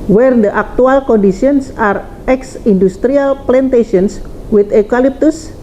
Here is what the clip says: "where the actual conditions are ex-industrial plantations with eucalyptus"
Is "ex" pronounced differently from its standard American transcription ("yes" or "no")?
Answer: no